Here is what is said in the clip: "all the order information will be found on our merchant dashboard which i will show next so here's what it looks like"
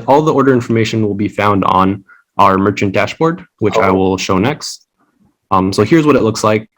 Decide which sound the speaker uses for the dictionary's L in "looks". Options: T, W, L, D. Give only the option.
L